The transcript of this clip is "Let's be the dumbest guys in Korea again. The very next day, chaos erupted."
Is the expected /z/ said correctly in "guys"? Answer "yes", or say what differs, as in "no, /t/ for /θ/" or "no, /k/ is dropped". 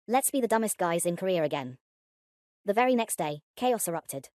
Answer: yes